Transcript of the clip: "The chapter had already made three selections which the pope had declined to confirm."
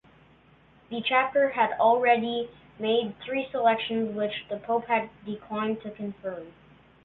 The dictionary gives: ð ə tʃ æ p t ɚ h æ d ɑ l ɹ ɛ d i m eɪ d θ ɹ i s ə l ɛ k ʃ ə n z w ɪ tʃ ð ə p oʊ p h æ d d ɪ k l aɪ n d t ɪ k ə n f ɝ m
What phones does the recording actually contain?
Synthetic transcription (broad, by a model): ð ə tʃ æ p t ɚ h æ d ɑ l ɹ ɛ d i m eɪ d θ ɹ i s ə l ɛ k ʃ ə n z w ɪ tʃ ð ə p oʊ p h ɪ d d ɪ k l aɪ n t ɪ k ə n f ɝ m